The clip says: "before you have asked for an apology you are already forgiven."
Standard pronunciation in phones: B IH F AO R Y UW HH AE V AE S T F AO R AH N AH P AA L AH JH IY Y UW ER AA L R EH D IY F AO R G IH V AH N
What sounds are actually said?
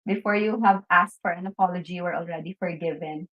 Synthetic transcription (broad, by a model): B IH F AO R Y UW HH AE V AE S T F AO R AH N AH P AA L AH JH IY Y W ER AA L R EH D IY F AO R G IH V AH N